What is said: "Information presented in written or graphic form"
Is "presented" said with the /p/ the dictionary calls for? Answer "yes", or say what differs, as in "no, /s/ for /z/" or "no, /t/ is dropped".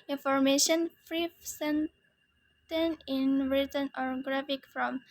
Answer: no, /f/ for /p/